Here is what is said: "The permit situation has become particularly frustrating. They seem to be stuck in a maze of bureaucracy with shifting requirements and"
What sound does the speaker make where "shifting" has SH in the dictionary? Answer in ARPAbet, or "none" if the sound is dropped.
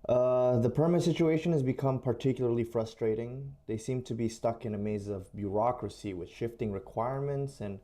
SH